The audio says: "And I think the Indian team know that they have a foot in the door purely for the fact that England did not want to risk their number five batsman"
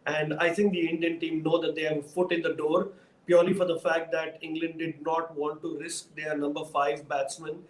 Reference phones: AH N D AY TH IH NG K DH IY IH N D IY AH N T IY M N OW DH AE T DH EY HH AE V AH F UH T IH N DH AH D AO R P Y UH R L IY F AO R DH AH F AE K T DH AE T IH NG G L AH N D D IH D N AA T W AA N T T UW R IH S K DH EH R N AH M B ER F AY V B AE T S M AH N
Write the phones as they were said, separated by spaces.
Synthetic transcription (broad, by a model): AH N D AY T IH NG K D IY IH N D IY AH N T IY M N OW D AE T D EY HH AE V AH F UH T IH N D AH D AO R P Y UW R L IY F AO R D AH F AE K T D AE T IH NG G L AH N D D IH D N AA T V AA N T T UW R IH S K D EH R N AH M B ER F AY V B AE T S M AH N